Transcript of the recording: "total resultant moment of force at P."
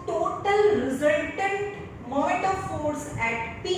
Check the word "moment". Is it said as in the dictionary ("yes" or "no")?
no